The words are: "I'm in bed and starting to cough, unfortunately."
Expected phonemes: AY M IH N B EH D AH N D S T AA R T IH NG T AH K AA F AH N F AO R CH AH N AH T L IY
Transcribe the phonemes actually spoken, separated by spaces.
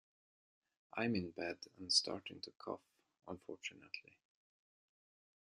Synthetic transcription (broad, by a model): AY M IH N B EH D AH N S T AA R T IH NG T AH K AA F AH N F AO R CH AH N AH T L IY